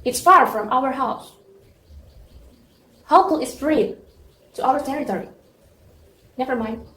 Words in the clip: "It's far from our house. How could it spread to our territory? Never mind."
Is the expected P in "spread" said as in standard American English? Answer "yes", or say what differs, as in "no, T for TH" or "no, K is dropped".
no, F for P